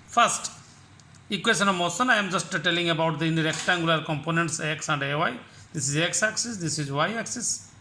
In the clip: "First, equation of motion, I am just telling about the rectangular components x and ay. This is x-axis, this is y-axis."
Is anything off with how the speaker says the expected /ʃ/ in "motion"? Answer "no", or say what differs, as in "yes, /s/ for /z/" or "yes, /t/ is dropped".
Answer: yes, /s/ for /ʃ/